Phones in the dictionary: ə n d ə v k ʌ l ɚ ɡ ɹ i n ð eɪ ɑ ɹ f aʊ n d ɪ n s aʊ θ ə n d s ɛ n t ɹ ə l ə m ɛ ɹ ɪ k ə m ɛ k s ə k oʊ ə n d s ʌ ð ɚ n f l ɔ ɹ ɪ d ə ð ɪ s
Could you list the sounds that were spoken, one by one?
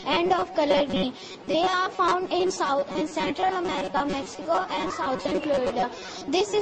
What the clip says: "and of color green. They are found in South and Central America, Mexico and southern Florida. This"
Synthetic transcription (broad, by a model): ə n d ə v k ʌ l ɚ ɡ i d eɪ ɑ ɹ f aʊ n d ɪ n s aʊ t ə n d s ɛ n t ɹ ə l ə m ɛ ɹ ɪ k ə m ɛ k s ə k oʊ ə n d s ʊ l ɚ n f l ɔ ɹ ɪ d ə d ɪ s